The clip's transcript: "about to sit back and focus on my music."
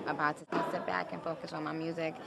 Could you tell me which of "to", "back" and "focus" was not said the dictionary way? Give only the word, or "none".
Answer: to